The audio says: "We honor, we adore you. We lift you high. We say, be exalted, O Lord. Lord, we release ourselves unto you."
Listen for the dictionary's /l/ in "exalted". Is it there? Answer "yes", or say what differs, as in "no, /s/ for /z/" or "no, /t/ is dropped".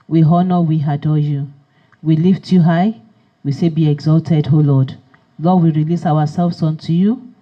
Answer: yes